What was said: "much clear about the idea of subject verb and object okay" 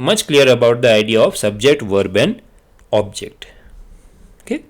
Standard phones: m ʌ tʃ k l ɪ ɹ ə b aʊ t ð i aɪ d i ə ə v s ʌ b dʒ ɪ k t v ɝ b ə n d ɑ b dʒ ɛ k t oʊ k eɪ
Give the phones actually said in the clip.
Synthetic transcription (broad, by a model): m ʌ tʃ k l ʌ ɹ ə b aʊ t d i aɪ d i ə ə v s ʌ b dʒ ɪ k t v ɝ b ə n ɑ b dʒ ɛ k t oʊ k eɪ